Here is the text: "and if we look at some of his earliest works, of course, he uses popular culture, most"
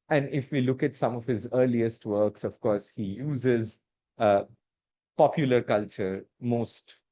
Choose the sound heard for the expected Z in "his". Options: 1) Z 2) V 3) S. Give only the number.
1